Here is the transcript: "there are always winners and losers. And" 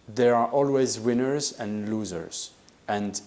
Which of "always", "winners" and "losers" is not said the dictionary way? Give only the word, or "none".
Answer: none